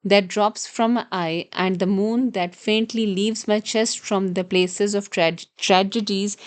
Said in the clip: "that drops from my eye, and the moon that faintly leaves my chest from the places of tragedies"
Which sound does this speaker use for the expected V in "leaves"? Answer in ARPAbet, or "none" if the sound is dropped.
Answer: V